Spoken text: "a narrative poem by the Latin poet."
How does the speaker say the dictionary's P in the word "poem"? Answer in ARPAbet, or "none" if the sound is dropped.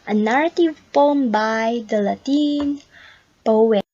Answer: F